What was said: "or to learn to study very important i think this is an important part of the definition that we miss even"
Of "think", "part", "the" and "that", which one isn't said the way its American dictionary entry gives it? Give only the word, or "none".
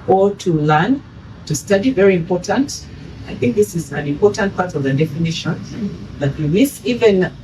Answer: none